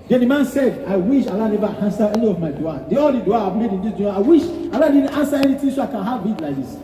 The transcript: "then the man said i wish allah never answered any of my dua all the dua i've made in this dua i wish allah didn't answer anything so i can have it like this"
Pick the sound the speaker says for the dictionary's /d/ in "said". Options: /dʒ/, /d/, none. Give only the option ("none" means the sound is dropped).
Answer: /d/